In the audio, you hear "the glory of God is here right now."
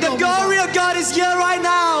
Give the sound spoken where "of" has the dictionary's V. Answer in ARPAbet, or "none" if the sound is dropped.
V